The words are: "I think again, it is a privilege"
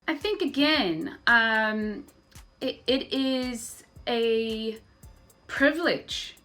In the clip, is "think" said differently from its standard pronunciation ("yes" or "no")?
no